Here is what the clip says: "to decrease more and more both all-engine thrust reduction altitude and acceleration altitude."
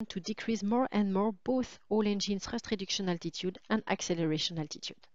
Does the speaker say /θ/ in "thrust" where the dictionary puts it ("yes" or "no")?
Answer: no